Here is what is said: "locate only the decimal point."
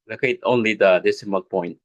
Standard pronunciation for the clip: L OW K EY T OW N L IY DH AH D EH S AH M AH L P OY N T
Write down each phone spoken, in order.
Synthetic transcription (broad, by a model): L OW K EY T OW N L IY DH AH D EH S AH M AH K P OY N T